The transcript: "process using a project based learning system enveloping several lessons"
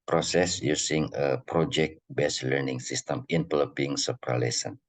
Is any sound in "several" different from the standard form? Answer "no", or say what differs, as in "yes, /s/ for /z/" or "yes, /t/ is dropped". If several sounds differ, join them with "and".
yes, /p/ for /v/